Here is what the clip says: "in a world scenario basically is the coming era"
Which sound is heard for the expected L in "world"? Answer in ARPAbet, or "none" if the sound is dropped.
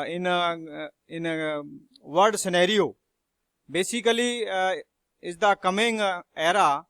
none